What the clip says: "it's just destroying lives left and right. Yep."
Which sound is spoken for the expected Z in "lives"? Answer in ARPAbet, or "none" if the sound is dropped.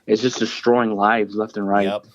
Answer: Z